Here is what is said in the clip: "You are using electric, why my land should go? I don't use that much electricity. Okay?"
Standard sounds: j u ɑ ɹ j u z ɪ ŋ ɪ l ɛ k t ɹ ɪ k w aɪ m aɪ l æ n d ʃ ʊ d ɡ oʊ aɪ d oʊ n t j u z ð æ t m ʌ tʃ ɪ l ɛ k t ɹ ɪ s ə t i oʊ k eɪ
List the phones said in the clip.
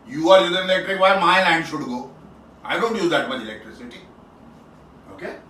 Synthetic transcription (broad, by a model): j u ɑ ɹ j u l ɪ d ɪ l ɛ k t ɹ ɪ k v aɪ m aɪ l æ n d ʃ ʊ d ɡ oʊ aɪ d oʊ n t j u z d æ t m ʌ ɪ l ɛ k t ɹ ɪ s ə t i oʊ k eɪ